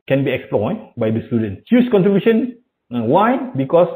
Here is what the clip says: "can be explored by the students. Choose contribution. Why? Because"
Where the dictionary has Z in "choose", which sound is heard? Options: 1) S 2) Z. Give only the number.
1